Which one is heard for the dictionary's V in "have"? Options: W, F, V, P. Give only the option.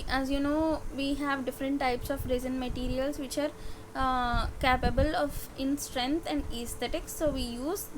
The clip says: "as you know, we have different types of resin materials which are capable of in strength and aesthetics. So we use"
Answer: V